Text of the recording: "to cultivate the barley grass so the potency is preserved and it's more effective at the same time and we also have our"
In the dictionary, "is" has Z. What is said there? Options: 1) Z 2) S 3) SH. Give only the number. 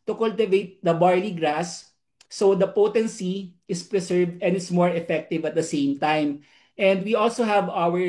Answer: 2